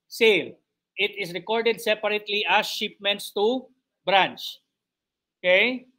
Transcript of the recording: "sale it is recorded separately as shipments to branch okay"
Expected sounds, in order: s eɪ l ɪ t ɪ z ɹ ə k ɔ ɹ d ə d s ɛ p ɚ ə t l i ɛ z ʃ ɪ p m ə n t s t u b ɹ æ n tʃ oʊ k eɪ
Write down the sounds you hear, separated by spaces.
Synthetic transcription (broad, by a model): s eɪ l ɪ t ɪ s ɹ ə k ɔ ɹ d ə d s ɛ p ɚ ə t l i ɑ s ʃ ɪ p m ə n t s t u b ɹ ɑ n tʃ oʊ k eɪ